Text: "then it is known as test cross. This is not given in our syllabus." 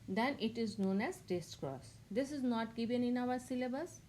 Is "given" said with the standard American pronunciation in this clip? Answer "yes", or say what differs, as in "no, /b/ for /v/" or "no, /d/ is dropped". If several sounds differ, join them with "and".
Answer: yes